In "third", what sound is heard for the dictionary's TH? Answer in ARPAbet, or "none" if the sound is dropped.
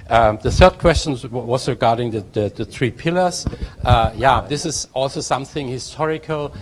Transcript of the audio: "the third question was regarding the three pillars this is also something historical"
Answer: TH